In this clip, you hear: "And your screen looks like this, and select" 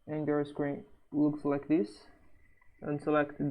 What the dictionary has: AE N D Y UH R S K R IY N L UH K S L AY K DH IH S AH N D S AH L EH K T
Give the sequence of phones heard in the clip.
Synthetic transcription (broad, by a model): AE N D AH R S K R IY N L UH K S L AY K DH IH S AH N S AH L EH K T